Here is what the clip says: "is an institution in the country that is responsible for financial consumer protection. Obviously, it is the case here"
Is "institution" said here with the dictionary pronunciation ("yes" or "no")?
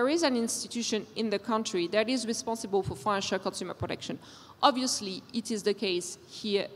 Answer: yes